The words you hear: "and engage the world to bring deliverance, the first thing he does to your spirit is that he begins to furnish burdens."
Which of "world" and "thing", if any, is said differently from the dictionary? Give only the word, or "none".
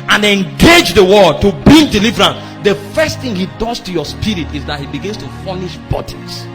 world